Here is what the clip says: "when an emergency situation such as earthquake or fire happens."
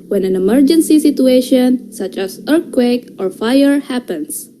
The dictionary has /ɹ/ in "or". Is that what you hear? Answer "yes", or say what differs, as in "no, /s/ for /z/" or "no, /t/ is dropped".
yes